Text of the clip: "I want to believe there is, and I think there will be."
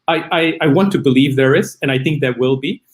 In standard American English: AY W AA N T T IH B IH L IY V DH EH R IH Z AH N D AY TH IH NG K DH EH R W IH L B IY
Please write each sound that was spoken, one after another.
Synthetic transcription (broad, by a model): AY W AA N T T IH B IH L IY V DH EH R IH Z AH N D AY TH IH NG K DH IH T W IH L B IY